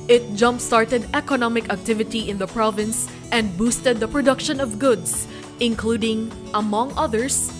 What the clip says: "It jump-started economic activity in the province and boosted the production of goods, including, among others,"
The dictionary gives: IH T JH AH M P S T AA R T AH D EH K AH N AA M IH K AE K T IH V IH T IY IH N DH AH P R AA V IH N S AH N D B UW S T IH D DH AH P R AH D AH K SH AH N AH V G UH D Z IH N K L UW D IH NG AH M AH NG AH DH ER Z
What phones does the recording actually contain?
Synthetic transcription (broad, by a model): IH T JH AH M P S T AA R T AH D EH K AH N AA M IH K AE K T IH V IH T IY IH N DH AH P R AA V IH N S AH N D B UW S T IH D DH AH P R AH D AH K SH AH N AH V G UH D S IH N K L UW D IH NG AH M AH NG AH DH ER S